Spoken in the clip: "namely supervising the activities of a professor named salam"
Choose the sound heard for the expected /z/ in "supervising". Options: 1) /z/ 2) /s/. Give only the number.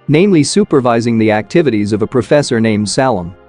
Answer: 1